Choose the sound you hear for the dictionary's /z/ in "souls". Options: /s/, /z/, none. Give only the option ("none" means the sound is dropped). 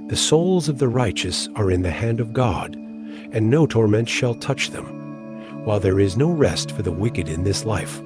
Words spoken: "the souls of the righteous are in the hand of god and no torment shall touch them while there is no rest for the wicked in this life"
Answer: /z/